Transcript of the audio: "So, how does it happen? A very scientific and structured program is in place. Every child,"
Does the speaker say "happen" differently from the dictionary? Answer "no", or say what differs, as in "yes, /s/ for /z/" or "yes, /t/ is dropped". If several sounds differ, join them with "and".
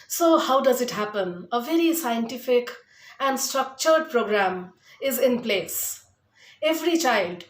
no